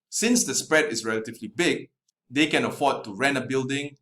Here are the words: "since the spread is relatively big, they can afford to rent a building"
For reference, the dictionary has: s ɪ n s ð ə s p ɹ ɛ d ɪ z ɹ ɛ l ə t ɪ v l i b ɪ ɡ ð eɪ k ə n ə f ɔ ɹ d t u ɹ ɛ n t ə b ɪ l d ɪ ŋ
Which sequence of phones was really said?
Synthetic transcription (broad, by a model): s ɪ n s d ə s p ɹ ɛ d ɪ s ɹ ɛ l ə t ɪ v l i b ɪ ɡ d eɪ k ə n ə f ɔ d t u ɹ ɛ n ə b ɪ l d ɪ ŋ